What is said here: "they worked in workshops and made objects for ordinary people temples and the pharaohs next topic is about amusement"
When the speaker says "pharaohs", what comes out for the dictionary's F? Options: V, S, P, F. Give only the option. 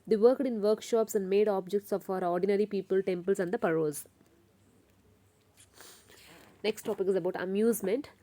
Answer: P